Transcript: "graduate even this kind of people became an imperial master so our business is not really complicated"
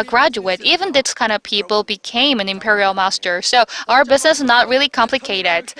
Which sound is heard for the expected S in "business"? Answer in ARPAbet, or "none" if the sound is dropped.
S